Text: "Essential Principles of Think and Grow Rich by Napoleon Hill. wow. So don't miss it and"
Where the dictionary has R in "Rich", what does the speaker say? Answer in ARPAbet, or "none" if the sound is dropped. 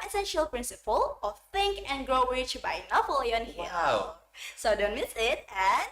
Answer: W